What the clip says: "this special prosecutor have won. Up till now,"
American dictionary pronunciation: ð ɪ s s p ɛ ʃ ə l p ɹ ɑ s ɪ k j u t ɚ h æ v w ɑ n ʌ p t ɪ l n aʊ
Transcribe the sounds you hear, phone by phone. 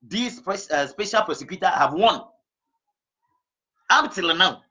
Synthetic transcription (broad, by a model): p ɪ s s p ɛ ʃ ə l p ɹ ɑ s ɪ k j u t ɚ h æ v w ɑ n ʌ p t ɪ l n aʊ